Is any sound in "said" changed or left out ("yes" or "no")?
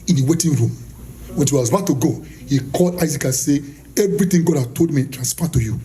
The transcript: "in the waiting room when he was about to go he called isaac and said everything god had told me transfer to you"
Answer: yes